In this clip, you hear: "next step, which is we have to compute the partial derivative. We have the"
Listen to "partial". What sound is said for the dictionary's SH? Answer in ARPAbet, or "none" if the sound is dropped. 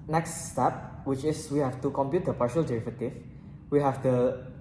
SH